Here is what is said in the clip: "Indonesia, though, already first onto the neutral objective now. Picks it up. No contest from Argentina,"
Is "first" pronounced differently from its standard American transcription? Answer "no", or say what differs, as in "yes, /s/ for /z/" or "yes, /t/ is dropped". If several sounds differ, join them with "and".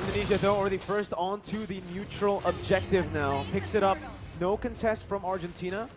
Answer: no